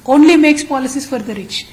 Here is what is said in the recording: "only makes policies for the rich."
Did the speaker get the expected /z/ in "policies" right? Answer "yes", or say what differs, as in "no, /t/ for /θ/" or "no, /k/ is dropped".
no, /s/ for /z/